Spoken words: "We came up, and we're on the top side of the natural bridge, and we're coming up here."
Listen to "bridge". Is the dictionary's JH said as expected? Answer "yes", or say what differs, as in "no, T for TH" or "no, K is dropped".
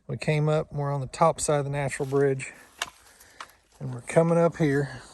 yes